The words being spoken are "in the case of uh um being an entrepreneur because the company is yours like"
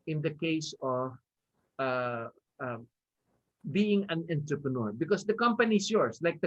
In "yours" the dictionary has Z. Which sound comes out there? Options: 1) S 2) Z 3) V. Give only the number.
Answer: 1